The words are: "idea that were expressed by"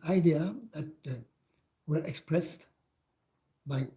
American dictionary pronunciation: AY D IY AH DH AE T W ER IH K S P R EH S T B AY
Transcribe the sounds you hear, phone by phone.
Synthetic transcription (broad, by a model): AY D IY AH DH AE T W ER IH K S P R EH S T B AY